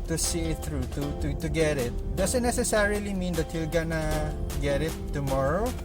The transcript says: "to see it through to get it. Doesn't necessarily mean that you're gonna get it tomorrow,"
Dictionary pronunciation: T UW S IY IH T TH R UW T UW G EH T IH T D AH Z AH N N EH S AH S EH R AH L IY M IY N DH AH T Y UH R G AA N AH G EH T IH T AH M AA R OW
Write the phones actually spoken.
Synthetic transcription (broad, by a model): T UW S IY IH T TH R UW T UW G EH T IH T D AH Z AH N N EH S AH S EH R AH L IY M IY N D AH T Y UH L G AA N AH G EH T IH T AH M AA R OW